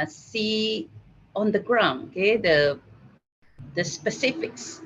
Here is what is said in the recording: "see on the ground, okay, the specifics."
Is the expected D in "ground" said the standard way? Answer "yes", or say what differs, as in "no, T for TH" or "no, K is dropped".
no, D is dropped